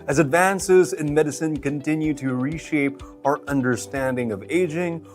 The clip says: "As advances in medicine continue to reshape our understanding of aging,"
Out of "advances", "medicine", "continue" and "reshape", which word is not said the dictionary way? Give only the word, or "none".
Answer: none